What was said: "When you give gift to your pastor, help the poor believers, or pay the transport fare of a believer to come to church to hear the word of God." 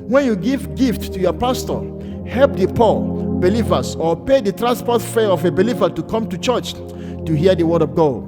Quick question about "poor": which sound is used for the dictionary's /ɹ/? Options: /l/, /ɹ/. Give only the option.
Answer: /l/